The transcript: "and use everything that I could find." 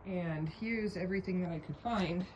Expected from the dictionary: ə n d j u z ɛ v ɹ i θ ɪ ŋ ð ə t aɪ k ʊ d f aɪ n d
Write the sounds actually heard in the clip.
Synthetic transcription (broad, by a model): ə n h j u z ɛ v ɹ i θ ɪ ŋ ð ə t aɪ k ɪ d f aɪ n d